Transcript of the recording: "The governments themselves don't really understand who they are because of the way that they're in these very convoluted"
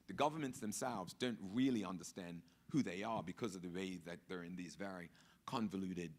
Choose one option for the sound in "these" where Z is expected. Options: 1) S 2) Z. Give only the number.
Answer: 2